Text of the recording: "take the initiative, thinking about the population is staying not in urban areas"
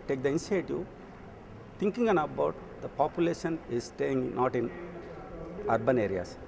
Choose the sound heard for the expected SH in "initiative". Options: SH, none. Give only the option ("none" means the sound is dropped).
none